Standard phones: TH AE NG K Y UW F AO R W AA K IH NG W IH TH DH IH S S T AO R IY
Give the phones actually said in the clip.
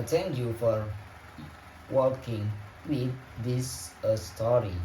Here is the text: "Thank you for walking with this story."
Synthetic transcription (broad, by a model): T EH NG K Y UW F AO R W AA K IH NG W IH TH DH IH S S T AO R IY